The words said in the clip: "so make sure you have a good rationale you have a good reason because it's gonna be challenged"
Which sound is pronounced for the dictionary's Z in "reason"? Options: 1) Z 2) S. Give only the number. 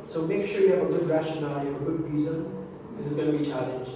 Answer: 1